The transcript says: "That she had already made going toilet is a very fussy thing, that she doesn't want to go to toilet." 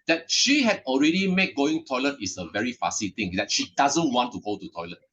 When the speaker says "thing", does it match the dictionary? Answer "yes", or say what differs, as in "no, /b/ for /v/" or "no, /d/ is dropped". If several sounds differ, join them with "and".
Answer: no, /t/ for /θ/